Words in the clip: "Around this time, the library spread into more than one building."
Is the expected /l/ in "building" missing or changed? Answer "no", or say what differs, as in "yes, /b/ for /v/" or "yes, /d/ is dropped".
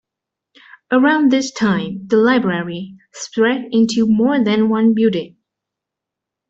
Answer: yes, /l/ is dropped